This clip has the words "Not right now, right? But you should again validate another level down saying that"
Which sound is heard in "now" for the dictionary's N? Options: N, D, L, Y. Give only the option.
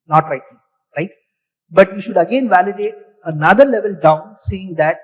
L